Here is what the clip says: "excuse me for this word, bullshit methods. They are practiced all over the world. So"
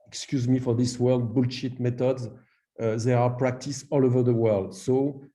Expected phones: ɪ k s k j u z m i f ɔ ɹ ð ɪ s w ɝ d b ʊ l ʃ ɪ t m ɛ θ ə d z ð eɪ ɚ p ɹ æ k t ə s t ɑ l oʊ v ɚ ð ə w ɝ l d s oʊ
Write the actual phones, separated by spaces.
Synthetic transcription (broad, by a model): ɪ k s k j u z m i f ɔ ɹ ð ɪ s w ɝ d b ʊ l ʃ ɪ t m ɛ t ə d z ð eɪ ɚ p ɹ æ k t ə s ɑ l oʊ v ɚ ð ə w ɝ l d s oʊ